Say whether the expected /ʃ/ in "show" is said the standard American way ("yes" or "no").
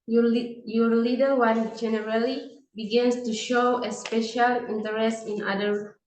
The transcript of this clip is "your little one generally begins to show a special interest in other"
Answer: yes